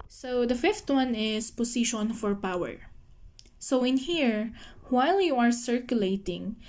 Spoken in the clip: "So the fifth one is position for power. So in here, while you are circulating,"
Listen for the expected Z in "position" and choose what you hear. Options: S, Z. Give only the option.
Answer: S